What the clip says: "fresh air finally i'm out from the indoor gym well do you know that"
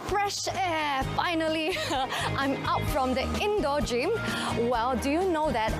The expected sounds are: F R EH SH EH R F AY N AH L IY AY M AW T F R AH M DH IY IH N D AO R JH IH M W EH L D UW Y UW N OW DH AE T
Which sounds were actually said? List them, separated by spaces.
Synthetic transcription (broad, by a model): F R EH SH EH F AY N AH L IY AY M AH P F R AH M DH IY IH N D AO JH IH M W EH L D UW Y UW N OW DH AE T